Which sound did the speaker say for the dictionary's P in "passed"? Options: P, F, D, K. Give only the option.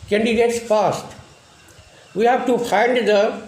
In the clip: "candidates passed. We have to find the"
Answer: F